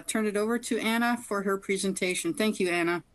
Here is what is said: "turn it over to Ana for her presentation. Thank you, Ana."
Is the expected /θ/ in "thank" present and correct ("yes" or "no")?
yes